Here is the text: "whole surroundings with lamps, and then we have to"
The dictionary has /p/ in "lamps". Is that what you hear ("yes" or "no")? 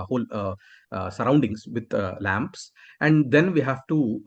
yes